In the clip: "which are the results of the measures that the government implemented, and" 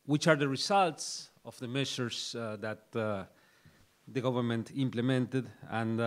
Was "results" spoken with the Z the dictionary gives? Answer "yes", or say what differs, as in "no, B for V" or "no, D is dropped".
no, S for Z